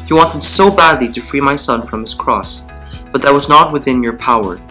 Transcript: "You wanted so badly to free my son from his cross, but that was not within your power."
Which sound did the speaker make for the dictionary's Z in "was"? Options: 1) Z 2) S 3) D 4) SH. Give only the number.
1